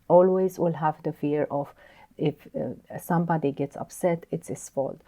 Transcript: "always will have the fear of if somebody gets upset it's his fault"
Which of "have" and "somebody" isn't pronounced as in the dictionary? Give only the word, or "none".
none